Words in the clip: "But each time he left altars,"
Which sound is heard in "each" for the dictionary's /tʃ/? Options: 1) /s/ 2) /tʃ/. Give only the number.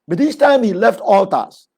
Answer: 1